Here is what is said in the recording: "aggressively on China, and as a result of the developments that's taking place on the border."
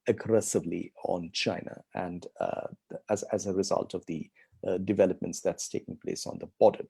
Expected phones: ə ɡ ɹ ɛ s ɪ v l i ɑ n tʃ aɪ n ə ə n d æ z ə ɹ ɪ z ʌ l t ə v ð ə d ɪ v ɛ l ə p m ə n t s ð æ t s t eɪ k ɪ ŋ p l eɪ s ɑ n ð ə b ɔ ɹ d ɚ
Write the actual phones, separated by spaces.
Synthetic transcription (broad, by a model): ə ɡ ɹ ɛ s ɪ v l i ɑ n tʃ aɪ n ə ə n d æ z ə ɹ ɪ z ʌ l t ə v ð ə d ɪ v ɛ l ə p m ə n t s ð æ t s t eɪ k ɪ ŋ p l eɪ s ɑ n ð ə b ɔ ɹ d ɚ